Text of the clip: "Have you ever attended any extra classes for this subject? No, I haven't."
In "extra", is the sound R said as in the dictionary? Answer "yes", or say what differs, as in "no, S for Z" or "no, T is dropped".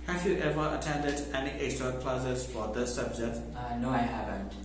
no, R is dropped